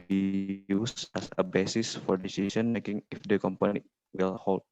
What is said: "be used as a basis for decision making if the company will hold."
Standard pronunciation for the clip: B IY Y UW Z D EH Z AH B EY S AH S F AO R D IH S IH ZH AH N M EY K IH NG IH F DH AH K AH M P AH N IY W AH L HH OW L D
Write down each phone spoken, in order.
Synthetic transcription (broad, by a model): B IY Y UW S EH S AH B EY S AH S F AO R D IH S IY S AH N M EY K IH NG IH F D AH K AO M P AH N IY W AH L HH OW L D